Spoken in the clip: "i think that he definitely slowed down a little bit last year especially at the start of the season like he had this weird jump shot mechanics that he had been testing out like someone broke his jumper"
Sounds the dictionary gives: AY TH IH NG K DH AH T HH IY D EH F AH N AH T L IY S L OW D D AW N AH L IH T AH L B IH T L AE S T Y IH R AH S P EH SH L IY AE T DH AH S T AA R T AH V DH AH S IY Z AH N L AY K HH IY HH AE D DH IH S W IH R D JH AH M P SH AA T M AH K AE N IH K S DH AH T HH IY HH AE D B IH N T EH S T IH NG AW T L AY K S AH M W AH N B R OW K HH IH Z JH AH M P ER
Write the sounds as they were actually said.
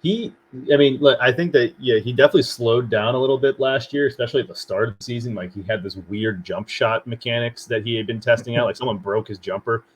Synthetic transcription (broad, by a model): AY TH IH NG K DH AH T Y IY D EH F AH N AH T L IY S L OW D D AW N AH L IH T L B IH T L AE S T Y IH R AH S P EH SH L IY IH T DH AH S T AA R T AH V DH AH S IY Z AH N L AY K HH IY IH D DH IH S W IH R D JH AH M P SH AA T M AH K AE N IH K S DH AH T HH IY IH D B IH N T EH S T IH NG AW T L AY K S AH M W AH N B R OW K HH IH Z JH AH M P ER